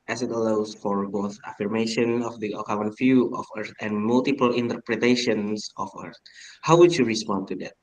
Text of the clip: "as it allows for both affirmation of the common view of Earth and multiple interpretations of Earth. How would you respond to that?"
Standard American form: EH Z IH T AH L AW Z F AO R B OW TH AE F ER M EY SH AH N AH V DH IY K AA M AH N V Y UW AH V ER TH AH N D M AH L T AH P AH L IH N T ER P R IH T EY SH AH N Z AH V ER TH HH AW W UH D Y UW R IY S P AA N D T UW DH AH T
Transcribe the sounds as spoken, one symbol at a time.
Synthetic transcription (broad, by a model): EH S IH T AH L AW S F AO R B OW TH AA F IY M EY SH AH N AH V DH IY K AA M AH N F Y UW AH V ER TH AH N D M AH L T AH P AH L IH N T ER P R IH T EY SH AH N S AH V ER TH HH AW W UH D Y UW R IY S P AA N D T UW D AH T